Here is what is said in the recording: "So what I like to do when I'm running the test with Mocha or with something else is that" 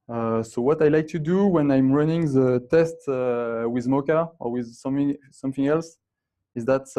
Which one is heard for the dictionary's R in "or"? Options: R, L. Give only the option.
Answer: R